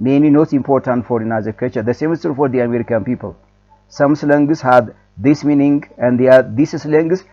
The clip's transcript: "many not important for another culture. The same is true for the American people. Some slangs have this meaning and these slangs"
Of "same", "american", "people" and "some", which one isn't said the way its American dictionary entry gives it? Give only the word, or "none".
none